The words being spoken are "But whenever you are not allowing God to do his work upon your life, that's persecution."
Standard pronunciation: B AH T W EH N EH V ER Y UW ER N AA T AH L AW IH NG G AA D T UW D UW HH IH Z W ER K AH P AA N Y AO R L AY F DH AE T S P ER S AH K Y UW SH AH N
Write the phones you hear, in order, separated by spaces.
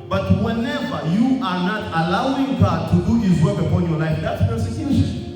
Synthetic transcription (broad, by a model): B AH T W EH N EH V ER Y UW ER N AA T AH L AW IH NG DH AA T UW D UW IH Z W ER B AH F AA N Y AO R L AY F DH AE T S P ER S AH K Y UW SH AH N